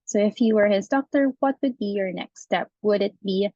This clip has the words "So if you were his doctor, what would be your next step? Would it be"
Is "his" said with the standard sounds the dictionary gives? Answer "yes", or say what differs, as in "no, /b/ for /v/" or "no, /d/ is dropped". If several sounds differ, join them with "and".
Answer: yes